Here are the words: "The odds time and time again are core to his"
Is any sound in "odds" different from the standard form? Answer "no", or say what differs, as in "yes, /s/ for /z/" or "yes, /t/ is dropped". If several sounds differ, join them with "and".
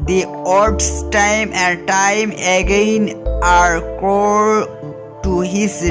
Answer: yes, /s/ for /z/